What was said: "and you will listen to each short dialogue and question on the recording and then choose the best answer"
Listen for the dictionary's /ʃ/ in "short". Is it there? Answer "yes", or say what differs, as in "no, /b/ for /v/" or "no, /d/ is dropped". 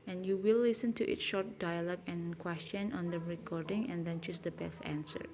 yes